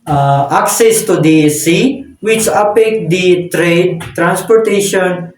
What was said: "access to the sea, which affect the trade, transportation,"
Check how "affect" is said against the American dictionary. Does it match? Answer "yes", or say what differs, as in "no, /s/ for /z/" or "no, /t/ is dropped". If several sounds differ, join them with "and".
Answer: no, /p/ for /f/